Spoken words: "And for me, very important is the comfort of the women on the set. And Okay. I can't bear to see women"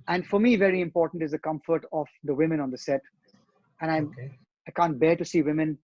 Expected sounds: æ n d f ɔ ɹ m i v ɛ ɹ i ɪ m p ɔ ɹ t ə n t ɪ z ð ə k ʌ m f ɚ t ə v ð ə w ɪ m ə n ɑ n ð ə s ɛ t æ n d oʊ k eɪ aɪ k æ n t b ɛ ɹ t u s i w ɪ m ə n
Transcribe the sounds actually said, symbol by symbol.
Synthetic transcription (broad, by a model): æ n d f ɔ ɹ m i v ɛ ɹ i ɪ m p ɔ ɹ t ə n t ɪ z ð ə k ʌ m f ɚ t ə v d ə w ɪ m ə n ɑ n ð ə s ɛ t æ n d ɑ ɪ aɪ k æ n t b ɛ ɹ t u s i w ɪ m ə n